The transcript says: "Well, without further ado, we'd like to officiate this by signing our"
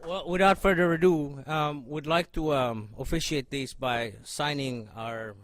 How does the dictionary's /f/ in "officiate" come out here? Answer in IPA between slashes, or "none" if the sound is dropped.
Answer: /f/